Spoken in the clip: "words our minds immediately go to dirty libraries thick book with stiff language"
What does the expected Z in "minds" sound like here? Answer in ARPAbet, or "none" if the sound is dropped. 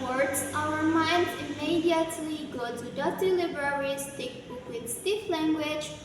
none